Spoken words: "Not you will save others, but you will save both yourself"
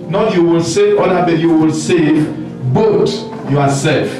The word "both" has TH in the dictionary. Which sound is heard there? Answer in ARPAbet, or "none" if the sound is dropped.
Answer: T